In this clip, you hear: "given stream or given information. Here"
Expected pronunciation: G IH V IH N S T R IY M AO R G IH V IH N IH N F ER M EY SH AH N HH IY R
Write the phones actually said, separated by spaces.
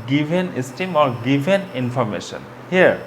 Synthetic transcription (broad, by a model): G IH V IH N S T IY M AO R G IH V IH N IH N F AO M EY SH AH N HH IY R